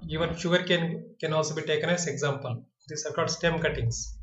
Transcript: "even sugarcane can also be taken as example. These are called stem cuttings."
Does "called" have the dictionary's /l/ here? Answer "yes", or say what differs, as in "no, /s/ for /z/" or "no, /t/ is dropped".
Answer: no, /l/ is dropped